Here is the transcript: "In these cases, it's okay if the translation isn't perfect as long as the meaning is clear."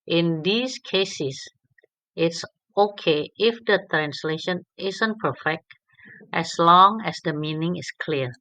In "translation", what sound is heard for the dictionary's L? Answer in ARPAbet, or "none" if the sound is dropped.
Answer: L